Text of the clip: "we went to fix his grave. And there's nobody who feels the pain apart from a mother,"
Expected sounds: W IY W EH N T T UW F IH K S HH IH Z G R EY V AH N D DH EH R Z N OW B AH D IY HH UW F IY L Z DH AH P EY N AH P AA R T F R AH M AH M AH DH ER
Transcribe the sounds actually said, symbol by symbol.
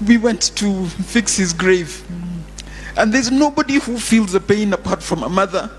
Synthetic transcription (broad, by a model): W IY W EH N T T UW F IH K S HH IH Z G R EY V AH N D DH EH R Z N OW B AH D IY HH UW F IY L Z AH P EY N AH P AA R T F R AH M AH M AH DH ER